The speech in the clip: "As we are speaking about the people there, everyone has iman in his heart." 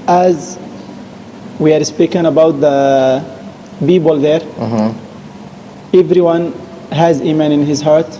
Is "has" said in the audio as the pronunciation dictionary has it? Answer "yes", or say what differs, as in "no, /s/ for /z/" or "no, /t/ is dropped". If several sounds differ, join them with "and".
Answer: yes